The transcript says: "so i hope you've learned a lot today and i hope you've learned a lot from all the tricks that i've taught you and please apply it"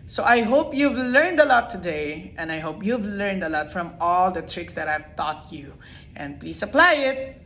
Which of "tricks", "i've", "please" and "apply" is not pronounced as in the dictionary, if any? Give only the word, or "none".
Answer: please